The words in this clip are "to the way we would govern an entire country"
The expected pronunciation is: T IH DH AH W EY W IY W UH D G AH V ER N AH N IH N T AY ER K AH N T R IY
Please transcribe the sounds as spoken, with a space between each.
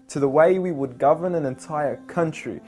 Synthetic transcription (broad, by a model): T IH DH AH W EY W IY W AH D G AH V ER N AH N IH N T AY ER K AH N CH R IY